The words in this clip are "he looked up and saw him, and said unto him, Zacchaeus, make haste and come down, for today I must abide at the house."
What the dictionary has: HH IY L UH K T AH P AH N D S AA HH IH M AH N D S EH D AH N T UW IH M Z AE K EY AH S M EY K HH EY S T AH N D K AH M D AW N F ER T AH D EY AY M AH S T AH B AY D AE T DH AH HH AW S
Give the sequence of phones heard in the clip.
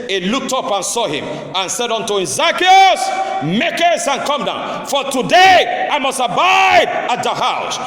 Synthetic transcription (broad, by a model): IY L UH K T AH P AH N S AA HH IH M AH N S EH D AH N T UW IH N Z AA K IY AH S M EY K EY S AH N K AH M D AW N F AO T AH D EY AY M AH S T AH B AY D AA T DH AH HH AW S